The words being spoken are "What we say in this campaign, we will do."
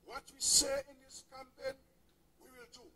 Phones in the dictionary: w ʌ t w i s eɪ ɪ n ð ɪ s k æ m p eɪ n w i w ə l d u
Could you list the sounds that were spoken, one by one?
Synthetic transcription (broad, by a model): w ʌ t w i s eɪ ɪ n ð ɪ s k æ m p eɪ n w i w ə l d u